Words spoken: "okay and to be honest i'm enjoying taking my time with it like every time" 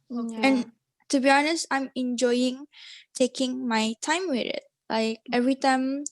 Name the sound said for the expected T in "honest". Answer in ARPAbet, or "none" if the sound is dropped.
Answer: T